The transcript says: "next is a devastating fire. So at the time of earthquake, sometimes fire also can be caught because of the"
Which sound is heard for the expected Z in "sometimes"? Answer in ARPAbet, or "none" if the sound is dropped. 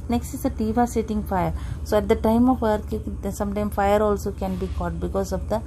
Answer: none